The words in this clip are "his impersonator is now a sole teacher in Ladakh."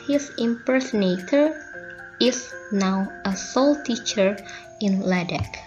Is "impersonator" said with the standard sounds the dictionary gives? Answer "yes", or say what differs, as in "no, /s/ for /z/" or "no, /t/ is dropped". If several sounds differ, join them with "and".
yes